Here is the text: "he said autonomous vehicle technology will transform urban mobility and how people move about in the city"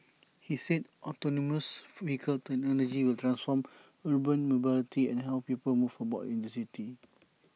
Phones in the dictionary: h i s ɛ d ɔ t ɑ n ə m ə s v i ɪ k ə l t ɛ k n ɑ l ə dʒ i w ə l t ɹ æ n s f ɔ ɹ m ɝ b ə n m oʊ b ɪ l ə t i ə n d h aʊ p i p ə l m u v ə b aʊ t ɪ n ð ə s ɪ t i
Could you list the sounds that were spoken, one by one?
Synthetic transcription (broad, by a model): h i s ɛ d ɔ t ɑ n ə m ə s f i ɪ k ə l t ɛ k n ɑ l ə dʒ i w ə l t ɹ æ n s f ɔ m ɝ b ə n m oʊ b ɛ l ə t i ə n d h aʊ p i p ə l m u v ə b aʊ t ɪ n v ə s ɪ t i